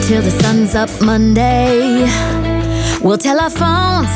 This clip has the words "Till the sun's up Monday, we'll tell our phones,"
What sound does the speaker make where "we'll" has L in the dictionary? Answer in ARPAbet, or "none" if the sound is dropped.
L